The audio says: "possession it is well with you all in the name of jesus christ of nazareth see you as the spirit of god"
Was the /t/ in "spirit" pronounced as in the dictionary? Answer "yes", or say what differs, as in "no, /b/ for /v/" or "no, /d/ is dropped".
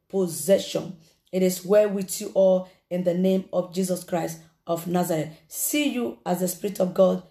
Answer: yes